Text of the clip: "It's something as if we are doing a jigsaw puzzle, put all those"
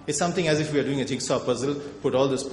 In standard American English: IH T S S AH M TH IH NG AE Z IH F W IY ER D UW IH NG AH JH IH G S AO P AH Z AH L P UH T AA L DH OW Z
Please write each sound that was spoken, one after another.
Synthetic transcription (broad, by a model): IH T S S AH M T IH NG AE Z IH F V IY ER D UW IH NG AH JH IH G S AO P AH Z AH L P UH T AA L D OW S